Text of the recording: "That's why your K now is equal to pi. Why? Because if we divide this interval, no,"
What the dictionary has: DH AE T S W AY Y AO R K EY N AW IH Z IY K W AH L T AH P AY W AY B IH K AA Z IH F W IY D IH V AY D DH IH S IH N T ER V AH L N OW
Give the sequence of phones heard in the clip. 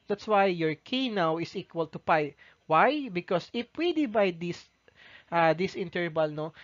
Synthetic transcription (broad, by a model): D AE T S W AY Y AO R K EY N AW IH S IY K W AH L T AH P AY W AY B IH K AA S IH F W IY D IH B AY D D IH S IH N T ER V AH L N OW